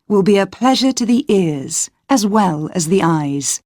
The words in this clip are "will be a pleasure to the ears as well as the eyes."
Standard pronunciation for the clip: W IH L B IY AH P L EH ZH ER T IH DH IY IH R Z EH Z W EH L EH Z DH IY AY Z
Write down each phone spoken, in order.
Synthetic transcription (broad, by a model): W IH L B IY AH P L EH ZH ER T IH DH IY IH R Z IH Z W EH L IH Z DH IY AY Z